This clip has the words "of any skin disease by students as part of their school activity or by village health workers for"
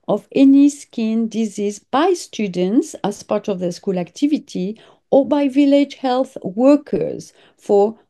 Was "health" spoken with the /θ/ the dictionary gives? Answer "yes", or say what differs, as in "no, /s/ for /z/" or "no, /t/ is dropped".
yes